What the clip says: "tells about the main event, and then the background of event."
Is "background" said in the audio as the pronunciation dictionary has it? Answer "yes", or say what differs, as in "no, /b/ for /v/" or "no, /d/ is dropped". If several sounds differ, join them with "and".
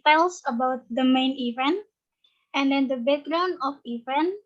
no, /d/ is dropped